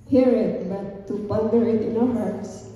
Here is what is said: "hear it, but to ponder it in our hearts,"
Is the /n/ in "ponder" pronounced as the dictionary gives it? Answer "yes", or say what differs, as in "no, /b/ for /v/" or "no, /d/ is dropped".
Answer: no, /l/ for /n/